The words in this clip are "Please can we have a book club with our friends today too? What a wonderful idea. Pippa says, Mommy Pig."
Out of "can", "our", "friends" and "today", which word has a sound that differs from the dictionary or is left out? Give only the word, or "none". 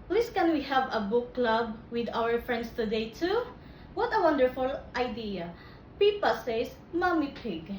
friends